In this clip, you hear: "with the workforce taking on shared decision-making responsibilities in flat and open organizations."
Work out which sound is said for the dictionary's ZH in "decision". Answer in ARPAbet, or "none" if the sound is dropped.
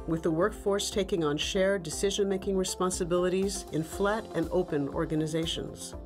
ZH